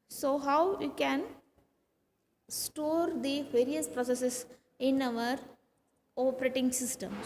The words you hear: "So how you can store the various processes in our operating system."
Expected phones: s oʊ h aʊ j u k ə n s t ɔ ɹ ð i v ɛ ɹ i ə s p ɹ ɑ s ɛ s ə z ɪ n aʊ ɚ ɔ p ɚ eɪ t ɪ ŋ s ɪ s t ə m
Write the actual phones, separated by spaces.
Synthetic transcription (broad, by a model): s oʊ h aʊ j u k ə n s t ɔ ɹ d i v ɛ ɹ i ə s p ɹ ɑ s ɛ s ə s ɪ n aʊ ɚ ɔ p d eɪ t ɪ ŋ s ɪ s t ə m